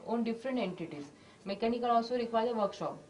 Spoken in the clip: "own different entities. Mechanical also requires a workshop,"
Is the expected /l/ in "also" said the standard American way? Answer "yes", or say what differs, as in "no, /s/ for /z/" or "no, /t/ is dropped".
no, /l/ is dropped